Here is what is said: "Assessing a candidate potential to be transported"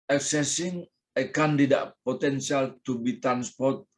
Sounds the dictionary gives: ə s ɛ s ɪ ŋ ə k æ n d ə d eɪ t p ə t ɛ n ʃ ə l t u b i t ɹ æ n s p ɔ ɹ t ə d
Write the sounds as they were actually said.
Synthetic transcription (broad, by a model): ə s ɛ s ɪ ŋ ə k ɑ n d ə d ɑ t p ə t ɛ n s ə l t u b i t ɹ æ n s p ɔ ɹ t